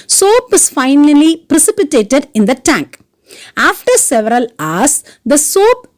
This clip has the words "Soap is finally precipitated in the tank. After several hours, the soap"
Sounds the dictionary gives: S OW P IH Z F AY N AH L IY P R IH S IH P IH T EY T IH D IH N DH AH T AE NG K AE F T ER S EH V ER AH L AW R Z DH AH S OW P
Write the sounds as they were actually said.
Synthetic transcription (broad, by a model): S OW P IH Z F AY N AH L IY P R IH S IH P IH T EY T IH D IH N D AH T AE NG K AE F T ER S EH V ER AH L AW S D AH S OW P